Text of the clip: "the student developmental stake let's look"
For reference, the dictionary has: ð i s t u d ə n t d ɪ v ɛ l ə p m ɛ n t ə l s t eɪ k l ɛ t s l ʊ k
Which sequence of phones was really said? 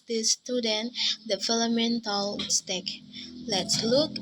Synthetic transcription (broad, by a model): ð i s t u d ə n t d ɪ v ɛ l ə m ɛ n t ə l s t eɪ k l ɛ t s l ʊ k